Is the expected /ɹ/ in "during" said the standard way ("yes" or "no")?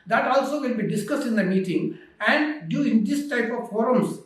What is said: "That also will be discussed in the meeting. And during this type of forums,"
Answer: no